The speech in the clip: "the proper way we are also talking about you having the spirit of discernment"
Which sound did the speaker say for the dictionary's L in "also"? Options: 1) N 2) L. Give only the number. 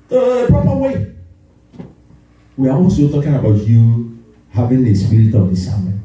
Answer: 1